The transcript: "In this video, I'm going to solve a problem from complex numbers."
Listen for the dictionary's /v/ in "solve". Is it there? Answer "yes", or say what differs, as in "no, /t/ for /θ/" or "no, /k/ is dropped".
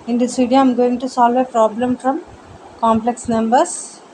yes